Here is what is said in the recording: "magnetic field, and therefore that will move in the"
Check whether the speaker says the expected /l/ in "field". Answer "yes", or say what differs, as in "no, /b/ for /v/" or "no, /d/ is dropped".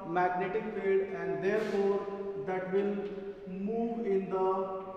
no, /l/ is dropped